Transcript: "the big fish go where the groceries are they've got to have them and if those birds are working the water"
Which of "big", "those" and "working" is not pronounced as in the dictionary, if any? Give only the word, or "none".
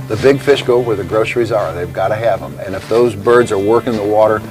none